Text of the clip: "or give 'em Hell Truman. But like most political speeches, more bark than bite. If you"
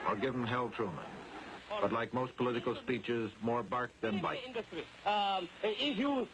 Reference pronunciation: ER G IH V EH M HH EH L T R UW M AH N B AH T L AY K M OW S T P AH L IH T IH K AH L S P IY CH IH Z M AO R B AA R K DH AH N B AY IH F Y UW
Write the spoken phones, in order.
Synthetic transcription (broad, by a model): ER G IH V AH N HH EH L T R UW M AH N B AH T L AY K M OW S T P AH L IH T IH K AH L S P IY CH IH Z M AO R B AA R K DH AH N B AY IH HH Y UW